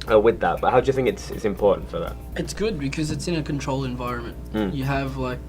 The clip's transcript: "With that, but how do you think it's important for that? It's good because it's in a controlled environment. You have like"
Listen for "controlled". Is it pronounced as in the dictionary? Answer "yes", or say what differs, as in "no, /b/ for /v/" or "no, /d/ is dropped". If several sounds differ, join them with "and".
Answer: no, /d/ is dropped